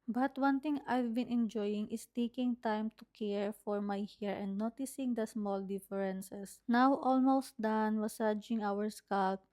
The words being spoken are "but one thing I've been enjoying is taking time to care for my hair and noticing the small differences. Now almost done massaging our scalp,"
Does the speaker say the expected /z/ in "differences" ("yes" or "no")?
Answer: no